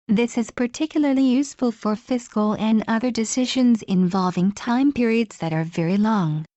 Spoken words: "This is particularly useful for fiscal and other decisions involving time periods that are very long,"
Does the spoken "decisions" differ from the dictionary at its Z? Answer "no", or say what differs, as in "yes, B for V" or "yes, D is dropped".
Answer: no